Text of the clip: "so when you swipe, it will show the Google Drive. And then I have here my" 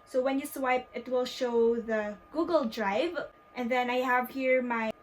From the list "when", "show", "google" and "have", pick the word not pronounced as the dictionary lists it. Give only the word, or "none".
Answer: none